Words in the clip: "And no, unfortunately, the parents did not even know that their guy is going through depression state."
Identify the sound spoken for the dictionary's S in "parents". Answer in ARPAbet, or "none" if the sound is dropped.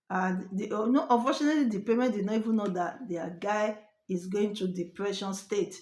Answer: none